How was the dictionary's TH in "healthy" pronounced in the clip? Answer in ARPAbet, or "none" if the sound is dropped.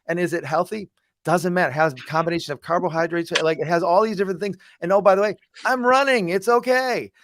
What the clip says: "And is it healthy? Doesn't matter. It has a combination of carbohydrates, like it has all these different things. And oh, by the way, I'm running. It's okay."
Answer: TH